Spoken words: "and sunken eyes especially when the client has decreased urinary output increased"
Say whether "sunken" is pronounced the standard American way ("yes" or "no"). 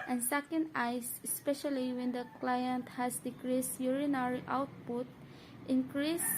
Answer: no